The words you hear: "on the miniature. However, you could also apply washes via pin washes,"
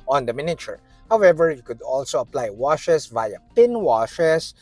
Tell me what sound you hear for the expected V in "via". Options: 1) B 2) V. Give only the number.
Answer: 2